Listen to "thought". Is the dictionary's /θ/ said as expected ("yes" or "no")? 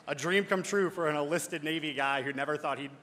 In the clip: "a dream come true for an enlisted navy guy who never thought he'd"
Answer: yes